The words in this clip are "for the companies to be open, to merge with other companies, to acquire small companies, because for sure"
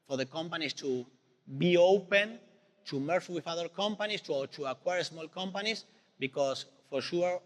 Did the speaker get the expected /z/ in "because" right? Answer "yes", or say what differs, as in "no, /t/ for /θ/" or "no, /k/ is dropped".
no, /s/ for /z/